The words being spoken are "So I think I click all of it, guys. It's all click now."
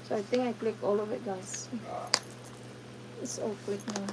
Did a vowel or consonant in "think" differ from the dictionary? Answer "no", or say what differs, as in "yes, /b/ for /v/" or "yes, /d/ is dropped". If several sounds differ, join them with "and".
yes, /t/ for /θ/